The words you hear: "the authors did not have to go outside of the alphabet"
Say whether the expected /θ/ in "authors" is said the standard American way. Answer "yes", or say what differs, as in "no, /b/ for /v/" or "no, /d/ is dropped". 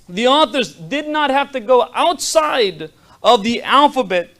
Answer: yes